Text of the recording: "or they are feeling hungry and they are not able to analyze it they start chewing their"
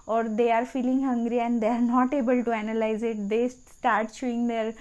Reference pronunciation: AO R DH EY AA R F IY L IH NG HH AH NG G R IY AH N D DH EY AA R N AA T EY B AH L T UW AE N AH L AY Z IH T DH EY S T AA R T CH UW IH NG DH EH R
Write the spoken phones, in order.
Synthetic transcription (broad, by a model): AO R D EY AA R F IY L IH NG HH AH NG G R IY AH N D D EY AA R N AA T EY B AH L T UW AE N AH L AY Z IH T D EY S T AA R T SH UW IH NG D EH R